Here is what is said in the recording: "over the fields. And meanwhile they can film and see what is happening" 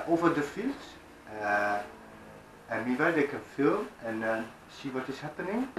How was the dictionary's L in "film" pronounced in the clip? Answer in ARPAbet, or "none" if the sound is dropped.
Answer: L